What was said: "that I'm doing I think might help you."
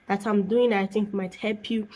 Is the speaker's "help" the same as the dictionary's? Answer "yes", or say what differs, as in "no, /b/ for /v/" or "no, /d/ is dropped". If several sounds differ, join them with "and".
yes